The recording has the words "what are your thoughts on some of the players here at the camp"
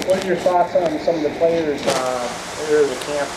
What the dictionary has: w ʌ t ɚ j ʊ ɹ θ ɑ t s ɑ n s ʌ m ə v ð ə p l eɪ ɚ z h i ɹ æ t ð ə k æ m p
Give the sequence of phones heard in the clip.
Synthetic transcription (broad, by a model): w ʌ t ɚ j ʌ ɹ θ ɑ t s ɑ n s ʌ m ə v ð ə p l eɪ ɚ z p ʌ ɹ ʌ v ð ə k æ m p